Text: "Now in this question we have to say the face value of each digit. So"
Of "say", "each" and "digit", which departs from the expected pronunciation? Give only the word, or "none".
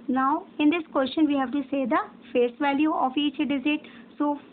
digit